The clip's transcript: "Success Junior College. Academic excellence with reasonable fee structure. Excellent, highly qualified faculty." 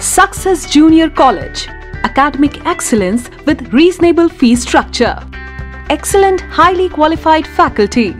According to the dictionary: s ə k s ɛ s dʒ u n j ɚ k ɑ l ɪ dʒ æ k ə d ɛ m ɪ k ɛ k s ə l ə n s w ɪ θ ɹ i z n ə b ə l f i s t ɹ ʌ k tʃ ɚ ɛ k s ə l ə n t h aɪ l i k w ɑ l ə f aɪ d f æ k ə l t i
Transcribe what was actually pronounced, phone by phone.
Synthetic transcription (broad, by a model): s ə k s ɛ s dʒ u n j ɚ k ɑ l ɪ dʒ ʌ k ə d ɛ m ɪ k ɛ k s ə l ə n s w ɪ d ɹ i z n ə b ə l f i s t ɹ ʌ k tʃ ɚ ɛ k s ə l ə n t h aɪ l i k w ɑ l ə f aɪ d f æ k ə l t i